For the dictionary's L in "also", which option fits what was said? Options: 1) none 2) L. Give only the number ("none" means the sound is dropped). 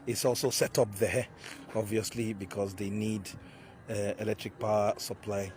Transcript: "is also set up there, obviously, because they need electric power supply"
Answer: 2